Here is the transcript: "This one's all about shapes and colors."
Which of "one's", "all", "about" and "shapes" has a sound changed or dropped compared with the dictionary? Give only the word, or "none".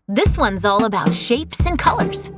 none